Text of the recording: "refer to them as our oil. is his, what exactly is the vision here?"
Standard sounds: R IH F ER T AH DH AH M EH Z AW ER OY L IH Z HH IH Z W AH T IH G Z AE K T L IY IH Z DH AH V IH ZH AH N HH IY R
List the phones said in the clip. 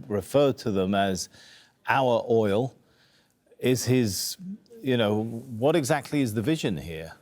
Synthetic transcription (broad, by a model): R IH F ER T AH DH AH M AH Z AW ER OY L IH Z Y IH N W AH T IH G Z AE K T L IY IH Z DH AH V IH ZH AH N HH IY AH